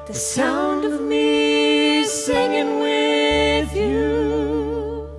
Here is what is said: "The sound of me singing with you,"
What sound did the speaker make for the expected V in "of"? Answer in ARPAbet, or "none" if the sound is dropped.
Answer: V